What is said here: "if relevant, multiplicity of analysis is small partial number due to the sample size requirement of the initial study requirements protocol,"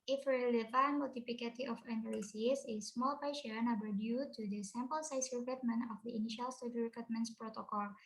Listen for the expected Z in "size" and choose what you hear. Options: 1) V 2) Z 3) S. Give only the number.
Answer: 3